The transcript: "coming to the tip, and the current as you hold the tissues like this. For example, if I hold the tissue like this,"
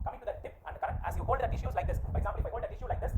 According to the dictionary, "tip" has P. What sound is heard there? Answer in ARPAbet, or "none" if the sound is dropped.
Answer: P